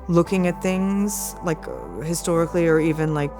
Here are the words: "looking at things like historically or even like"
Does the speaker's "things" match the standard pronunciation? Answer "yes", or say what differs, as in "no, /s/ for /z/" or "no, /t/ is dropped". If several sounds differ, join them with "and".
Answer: yes